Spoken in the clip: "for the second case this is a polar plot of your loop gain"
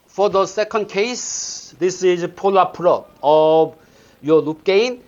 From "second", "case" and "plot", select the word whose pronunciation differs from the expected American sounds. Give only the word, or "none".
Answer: plot